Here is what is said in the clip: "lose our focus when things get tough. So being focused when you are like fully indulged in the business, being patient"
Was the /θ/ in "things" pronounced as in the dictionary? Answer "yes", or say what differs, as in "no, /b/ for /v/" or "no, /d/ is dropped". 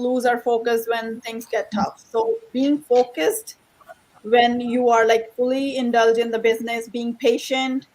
no, /t/ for /θ/